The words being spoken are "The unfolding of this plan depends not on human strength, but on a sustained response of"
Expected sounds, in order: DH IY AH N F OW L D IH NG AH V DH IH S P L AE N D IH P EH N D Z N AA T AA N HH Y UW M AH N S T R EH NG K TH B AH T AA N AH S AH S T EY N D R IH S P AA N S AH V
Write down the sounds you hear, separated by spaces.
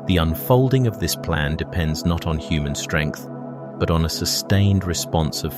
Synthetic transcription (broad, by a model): DH IY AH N F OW L D IH NG AH V DH IH S P L AE N D IH P EH N D Z N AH T N HH Y UW M AH N S T R EH NG K TH B AH T N AH S AH S T EY N D R IH S P AA N S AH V